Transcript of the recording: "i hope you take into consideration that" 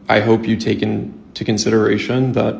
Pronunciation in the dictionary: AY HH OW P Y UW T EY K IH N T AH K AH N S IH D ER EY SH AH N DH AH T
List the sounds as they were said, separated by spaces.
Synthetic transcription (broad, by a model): AY HH OW P Y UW T EY K IH N T AH K AH N S IH D ER EY SH AH N DH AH T